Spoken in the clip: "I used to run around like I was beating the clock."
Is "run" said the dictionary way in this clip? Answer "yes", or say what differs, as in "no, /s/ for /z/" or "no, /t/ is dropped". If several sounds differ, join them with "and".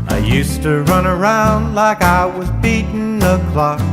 yes